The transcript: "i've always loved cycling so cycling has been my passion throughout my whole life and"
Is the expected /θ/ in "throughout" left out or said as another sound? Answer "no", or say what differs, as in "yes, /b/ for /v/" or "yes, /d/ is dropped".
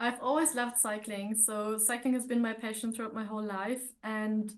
no